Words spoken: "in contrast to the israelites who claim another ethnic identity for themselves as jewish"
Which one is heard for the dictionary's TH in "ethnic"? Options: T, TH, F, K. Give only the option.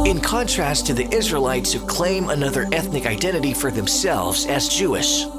TH